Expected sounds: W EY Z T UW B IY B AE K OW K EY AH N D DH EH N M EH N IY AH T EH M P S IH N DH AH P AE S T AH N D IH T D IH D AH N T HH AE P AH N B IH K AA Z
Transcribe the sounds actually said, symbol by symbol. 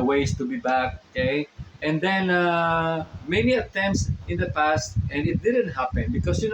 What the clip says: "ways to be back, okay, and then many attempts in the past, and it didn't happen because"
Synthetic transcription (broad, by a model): W EY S T UW B IY B AE K OW K EY AH N D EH N M EH N IY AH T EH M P S IH N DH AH P AE S T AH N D IH T D IH D AH N T HH AE P AH N B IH K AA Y